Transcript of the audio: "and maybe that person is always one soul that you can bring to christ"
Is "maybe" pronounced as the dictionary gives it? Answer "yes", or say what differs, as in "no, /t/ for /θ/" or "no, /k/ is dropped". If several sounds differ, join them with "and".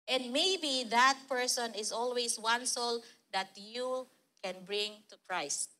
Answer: yes